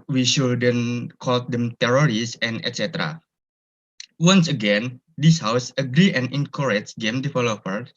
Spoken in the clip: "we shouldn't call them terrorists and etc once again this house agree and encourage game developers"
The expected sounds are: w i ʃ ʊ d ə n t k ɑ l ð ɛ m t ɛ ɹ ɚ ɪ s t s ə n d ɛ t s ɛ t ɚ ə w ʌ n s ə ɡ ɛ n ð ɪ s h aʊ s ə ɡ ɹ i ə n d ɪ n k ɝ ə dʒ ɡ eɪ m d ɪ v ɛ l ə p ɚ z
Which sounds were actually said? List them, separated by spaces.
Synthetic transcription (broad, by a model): w i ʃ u d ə n k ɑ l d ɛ m t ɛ ɹ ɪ t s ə n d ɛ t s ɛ t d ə w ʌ n s ə ɡ ɛ n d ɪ s h aʊ s ə ɡ ɹ i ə n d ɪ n k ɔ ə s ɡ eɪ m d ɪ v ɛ l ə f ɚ